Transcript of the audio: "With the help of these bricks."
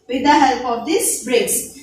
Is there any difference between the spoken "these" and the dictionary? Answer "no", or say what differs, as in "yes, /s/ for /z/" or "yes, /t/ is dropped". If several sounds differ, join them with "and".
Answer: yes, /s/ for /z/